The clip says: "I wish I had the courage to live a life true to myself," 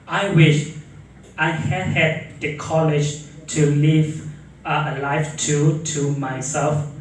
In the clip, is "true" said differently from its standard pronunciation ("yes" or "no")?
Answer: yes